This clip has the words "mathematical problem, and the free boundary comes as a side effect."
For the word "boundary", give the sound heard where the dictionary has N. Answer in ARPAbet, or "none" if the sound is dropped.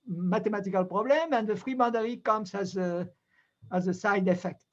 none